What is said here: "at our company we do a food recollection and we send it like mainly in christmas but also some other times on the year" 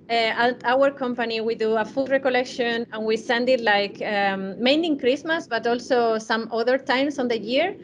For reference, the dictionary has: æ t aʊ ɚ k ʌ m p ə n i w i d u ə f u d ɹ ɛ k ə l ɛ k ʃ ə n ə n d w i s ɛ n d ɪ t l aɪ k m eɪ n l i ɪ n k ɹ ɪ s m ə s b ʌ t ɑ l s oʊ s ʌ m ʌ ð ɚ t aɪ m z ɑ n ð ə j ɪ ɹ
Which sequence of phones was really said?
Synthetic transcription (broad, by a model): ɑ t aʊ ɚ k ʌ m p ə n i w i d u ə f u d ɹ ɛ k ə l ɛ k ʃ ə n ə n w i s ɛ n d ɪ t l aɪ k m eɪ n i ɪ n k ɹ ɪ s m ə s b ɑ t ɑ l s oʊ s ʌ m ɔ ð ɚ t aɪ m s ɑ n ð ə j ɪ ɹ